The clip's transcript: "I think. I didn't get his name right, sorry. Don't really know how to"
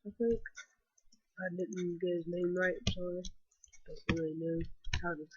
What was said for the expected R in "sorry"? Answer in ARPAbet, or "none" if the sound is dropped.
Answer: none